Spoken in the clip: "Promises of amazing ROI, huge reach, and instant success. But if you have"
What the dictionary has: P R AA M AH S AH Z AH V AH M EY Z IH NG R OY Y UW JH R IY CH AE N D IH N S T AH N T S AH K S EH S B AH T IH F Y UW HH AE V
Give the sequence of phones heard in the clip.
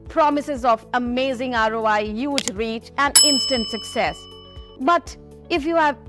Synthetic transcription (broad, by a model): P R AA M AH S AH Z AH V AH M EY Z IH NG R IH Y UW JH R IY CH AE N D IH N S T AH N T S AH K S EH S B AH T IH F Y UW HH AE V